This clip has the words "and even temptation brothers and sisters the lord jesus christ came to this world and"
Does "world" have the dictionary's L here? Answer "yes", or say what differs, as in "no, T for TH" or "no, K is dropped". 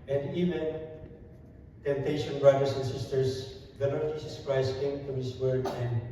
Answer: no, L is dropped